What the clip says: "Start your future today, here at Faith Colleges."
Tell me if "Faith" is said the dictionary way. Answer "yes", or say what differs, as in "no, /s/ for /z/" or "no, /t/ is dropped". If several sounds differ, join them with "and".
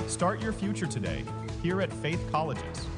yes